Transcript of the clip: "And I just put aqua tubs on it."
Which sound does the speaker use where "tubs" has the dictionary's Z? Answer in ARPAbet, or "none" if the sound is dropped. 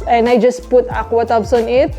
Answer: S